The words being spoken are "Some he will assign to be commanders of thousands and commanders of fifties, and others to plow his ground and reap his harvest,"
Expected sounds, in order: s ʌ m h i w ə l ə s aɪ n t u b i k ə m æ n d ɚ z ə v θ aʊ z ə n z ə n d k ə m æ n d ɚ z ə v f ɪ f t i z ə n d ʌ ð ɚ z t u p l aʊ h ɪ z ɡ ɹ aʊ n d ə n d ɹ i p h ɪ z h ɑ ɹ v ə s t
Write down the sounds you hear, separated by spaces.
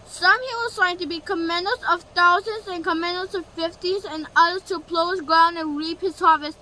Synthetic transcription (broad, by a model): s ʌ m h i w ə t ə ɪ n t u b i k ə m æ n d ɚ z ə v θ aʊ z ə n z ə n k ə m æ n d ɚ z ə v f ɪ f t i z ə n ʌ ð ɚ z t u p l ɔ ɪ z ɡ ɹ aʊ n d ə n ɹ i p h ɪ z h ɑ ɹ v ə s